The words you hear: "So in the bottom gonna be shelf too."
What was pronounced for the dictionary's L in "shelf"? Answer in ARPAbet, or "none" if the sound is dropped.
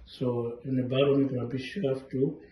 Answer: none